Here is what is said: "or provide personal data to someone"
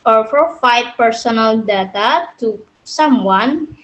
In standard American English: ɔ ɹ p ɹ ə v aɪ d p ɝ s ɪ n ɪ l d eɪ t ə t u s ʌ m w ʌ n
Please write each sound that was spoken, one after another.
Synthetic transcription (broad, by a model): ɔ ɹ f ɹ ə f aɪ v p ɝ s ɪ n ɪ l d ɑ t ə t u s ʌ m w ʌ n